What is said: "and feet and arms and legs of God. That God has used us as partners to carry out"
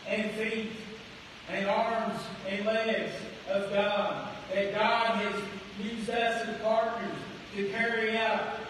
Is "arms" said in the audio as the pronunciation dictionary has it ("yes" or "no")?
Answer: yes